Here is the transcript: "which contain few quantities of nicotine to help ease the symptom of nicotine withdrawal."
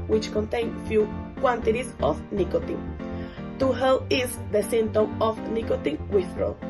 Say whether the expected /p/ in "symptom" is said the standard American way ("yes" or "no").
no